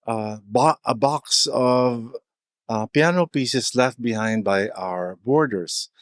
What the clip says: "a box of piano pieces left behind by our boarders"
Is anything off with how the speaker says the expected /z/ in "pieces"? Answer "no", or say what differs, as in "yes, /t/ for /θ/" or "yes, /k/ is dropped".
yes, /s/ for /z/